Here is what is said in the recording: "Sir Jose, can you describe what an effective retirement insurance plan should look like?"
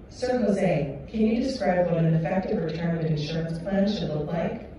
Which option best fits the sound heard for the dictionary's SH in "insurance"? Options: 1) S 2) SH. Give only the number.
2